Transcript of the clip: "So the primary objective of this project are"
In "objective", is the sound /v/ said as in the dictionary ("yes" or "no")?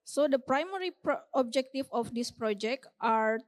no